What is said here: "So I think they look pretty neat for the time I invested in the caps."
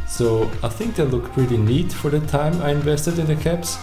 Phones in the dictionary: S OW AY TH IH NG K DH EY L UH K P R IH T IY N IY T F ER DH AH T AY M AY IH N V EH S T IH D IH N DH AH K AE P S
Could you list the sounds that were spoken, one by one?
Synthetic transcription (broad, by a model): S OW AY TH IH NG K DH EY L UH K P R IH T IY N IY T F ER DH AH T AY M AY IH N V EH S T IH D IH N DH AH K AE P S